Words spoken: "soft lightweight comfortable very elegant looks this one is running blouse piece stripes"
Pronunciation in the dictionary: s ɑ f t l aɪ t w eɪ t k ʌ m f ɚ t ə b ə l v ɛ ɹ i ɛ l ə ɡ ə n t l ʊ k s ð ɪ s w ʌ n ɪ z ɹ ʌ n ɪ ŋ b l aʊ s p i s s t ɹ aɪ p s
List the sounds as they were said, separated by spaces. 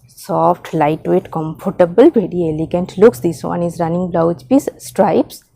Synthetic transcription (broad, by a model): s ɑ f t l aɪ t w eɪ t k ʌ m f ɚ t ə b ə l b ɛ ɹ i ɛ l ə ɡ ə n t l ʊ k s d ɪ s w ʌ n ɪ z ɹ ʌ n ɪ ŋ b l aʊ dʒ p i s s t ɹ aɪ p s